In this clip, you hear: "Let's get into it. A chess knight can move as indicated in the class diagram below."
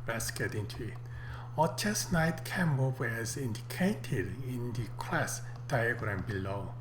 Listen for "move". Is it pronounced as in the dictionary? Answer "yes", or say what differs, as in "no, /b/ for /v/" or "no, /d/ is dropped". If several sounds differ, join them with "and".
no, /w/ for /v/